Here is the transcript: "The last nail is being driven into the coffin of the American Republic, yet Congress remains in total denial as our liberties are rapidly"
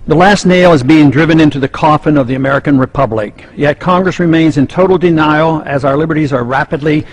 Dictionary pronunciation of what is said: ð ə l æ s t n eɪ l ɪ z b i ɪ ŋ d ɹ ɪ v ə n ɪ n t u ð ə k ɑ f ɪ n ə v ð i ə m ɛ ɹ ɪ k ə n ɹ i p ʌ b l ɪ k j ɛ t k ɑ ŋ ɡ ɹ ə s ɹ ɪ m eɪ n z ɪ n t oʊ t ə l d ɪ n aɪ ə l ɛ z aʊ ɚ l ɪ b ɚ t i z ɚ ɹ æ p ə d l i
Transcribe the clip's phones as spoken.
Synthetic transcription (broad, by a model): ð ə l æ s t n eɪ l ɪ z b i ɪ ŋ d ɹ ɪ v ə n ɪ n t u ð ə k ɑ f ɪ n ə v ð i ə m ɛ ɹ ɪ k ə n ɹ i p ʌ b l ɪ k j ɛ t k ɑ ŋ ɡ ɹ ə s ɹ ɪ m eɪ n z ɪ n t oʊ t l d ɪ n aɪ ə l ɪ z aʊ ɚ l ɪ b ɚ t i z ɚ ɹ æ p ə d l i